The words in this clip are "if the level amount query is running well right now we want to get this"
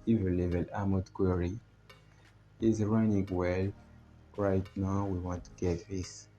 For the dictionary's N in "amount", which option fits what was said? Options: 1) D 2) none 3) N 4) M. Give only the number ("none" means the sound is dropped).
2